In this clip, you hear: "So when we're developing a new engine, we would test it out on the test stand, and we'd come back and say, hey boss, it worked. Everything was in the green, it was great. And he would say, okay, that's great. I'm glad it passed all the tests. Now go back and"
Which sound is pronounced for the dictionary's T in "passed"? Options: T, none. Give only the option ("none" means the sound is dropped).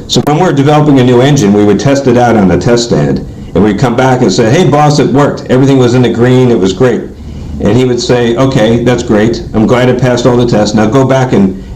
T